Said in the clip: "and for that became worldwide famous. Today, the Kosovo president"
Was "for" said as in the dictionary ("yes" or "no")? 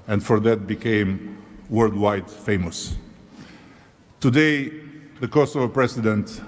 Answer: yes